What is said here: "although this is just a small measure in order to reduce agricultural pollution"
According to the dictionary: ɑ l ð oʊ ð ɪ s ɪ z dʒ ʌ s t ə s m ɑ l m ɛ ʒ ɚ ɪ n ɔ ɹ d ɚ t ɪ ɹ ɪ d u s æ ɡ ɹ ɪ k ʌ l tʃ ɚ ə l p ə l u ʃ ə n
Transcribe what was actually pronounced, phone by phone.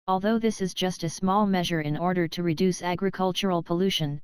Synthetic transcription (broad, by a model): ɑ l ð oʊ ð ɪ s ɪ z dʒ ʌ s t ə s m ɑ l m ɛ ʒ ɚ ɪ n ɔ ɹ d ɚ t ɪ ɹ ɪ d u s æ ɡ ɹ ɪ k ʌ l tʃ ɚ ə l p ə l u ʃ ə n